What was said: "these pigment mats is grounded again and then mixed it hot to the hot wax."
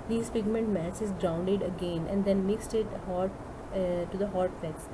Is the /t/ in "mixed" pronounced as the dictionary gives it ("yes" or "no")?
yes